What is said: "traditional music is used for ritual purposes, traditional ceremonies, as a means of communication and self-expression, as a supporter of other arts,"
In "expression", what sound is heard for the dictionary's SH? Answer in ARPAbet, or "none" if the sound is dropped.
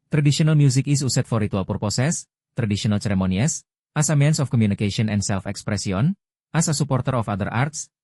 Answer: S